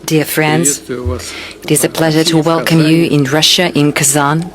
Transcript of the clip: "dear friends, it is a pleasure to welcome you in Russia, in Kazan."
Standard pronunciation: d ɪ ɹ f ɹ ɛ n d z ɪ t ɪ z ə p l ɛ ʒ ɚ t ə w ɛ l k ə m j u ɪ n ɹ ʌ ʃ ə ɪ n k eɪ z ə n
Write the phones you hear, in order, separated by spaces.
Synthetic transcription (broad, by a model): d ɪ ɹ f ɹ ɛ n d z ɪ t ɪ z ə p l ɛ ʒ ɚ t ə w ɛ l k ə m j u ɪ n ɹ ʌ ʃ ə ɪ n k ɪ z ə n